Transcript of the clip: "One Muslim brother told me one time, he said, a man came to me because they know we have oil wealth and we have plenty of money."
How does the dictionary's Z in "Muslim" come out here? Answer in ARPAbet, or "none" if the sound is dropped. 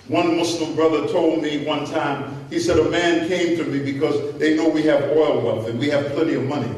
S